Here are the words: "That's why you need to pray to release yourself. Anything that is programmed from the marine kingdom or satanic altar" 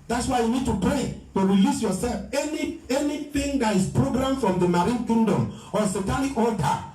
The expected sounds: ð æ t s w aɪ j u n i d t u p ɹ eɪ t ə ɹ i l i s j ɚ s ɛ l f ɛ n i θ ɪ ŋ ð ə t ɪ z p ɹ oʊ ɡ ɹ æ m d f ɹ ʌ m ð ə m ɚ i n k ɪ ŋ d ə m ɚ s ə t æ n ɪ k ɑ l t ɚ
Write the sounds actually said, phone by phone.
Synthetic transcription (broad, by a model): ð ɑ t s w aɪ j u n i d t u p ɹ eɪ t ə ɹ i l i s j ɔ s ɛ l f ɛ n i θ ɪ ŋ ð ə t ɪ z p ɹ oʊ ɡ ɹ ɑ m f ɹ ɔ m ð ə m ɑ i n k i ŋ d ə m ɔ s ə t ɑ l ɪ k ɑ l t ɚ